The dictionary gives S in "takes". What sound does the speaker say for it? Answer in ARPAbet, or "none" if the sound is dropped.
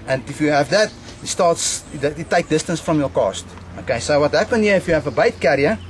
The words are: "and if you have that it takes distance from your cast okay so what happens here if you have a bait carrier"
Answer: none